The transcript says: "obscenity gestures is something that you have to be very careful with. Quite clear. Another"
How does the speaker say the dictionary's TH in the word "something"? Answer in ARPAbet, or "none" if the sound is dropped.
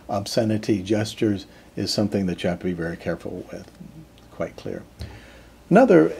TH